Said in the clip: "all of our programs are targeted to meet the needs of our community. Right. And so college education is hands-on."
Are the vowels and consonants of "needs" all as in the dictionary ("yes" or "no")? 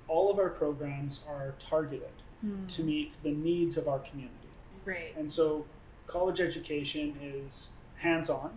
yes